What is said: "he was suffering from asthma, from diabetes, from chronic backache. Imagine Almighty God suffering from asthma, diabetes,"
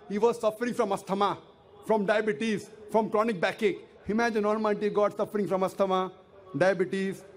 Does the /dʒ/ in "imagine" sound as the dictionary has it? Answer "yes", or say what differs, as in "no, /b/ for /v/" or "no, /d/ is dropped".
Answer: yes